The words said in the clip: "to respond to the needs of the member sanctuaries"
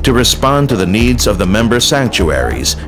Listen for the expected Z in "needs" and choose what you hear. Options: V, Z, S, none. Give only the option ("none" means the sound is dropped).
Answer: Z